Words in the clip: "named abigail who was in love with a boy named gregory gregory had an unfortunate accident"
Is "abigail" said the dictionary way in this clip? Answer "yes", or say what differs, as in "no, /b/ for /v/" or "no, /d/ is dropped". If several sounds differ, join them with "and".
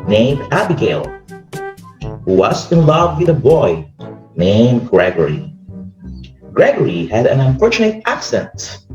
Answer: yes